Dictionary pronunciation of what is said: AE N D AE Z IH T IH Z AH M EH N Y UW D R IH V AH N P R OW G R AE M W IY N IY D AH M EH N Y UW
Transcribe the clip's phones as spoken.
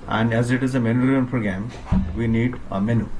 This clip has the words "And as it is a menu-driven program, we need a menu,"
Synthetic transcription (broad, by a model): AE N D AE Z IH T IH Z AH M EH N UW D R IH AH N P R OW G R AE M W IY N IY D AH M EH N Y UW